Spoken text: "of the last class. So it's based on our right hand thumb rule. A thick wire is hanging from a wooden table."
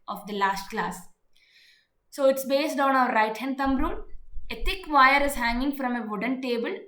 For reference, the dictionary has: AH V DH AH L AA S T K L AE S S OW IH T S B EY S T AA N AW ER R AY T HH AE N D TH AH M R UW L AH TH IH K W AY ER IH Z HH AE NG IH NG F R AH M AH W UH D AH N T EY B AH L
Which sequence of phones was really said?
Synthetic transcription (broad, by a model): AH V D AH L AA S T K L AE S S OW IH T S B EY S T AA N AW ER R AY T HH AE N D T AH M R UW N AH T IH K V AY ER IH Z HH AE NG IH NG F R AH M AH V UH D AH N T EY B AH L